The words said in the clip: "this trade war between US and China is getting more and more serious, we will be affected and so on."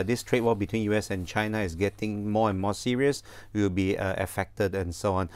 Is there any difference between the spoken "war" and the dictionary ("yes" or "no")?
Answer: yes